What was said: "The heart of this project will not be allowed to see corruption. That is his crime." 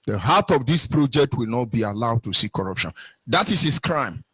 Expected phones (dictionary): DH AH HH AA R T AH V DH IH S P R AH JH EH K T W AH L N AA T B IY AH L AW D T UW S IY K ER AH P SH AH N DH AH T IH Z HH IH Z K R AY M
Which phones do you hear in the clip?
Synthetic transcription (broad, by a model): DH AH HH AA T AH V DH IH S P R AH JH EH K T W AH L N AA T B IY AH L AW D T UW S IY K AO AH P SH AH N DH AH T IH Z HH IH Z K R AY M